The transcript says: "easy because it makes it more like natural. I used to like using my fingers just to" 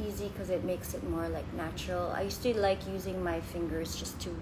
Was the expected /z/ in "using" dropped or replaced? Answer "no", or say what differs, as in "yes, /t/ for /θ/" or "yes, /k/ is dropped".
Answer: no